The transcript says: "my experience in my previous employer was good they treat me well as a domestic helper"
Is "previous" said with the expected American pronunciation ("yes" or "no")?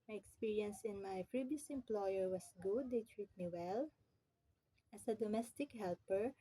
no